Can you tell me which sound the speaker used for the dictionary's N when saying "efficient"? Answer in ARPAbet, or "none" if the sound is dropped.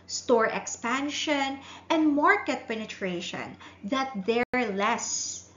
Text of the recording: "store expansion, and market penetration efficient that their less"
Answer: none